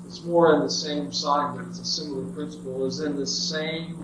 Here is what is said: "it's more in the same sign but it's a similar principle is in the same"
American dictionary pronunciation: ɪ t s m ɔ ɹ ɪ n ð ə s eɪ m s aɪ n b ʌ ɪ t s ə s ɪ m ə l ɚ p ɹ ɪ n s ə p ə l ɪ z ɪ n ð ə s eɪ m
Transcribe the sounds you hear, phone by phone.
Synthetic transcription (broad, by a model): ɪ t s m ɔ ɹ ɪ n ð ə s eɪ m s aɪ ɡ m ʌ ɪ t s ə s ɪ m l ɚ p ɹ ɪ n s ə p l ɪ z ɪ n ð ə s eɪ m